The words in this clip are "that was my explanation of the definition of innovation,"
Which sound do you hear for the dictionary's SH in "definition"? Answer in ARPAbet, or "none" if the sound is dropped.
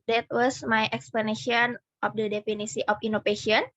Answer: S